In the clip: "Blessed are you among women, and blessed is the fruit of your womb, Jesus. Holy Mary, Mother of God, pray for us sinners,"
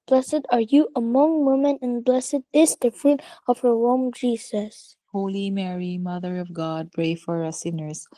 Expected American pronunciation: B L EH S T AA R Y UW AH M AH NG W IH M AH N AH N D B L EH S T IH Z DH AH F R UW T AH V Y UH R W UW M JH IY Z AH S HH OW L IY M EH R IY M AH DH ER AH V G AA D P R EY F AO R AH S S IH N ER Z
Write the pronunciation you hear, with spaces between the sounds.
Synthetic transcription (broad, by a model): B L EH S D AA R Y UW AH M AH NG W IH M AH N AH N B L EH S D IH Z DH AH F R UW T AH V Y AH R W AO M JH IY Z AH S HH OW L IY M EH R IY M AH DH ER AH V G AA D P R EY F AO R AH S S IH N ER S